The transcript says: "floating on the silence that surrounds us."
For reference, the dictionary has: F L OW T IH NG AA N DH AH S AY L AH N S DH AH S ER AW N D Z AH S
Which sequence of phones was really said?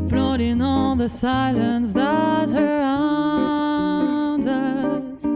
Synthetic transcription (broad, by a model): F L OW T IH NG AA L DH AH S AY L AH N S DH AH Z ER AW N D AH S